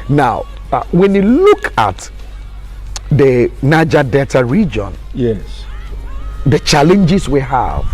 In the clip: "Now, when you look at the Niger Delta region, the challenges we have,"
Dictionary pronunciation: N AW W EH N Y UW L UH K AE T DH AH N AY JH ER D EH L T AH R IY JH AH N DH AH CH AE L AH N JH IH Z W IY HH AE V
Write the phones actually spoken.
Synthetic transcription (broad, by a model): N AW W EH N Y UW L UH K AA T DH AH N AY JH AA D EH T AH R IY JH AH N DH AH CH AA L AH N JH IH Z W IY HH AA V